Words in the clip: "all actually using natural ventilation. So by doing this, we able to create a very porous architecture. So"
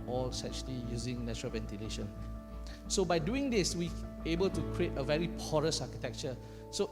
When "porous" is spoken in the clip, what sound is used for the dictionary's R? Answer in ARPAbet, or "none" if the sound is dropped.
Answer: R